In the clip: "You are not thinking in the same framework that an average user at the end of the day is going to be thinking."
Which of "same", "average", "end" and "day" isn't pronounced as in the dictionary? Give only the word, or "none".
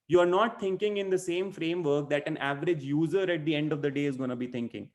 none